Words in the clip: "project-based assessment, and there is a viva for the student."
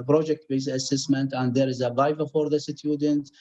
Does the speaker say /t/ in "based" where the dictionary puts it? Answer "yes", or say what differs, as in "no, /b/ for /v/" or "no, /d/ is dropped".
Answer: no, /t/ is dropped